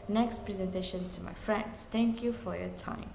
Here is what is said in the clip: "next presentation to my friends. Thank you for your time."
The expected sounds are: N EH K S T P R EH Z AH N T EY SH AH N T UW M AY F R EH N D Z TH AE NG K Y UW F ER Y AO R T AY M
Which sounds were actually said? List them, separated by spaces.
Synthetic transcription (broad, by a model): N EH K S T P R EH Z AH N T EY SH AH N T UW M AY F R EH N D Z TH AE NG K Y UW F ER Y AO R T AY M